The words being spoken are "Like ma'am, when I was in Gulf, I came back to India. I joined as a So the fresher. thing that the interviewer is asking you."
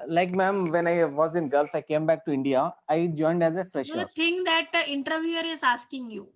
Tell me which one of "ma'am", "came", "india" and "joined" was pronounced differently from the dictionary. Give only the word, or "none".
none